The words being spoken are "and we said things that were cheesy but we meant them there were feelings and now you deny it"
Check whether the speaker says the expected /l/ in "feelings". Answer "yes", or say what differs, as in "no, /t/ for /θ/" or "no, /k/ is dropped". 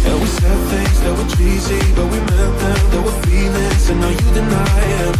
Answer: no, /n/ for /l/